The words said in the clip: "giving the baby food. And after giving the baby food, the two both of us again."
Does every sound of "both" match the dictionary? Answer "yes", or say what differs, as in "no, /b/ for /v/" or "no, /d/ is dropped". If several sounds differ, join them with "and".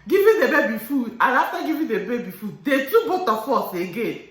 no, /t/ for /θ/